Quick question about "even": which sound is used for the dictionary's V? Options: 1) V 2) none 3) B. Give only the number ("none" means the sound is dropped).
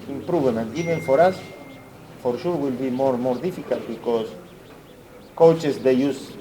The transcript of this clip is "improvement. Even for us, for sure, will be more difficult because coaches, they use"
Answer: 3